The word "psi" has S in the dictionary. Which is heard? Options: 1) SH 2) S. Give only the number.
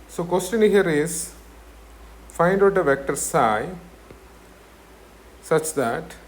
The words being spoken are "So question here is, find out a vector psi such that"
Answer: 2